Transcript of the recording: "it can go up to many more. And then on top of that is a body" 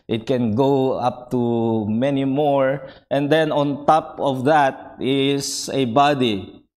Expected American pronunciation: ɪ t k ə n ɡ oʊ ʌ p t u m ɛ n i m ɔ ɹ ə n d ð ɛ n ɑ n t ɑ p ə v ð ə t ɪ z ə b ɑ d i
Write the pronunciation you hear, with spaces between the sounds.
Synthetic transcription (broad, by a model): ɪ t k ə n ɡ oʊ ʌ p t u m ɛ n i m ɔ ɹ ə n d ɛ n ɑ n t ɑ p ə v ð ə t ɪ s ə b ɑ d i